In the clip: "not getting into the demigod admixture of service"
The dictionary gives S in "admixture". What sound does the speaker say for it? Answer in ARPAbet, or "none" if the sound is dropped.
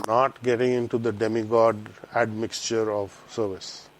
S